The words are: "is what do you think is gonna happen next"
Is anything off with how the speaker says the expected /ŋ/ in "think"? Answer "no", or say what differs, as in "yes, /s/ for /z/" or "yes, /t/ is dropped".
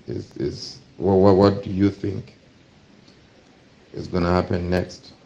no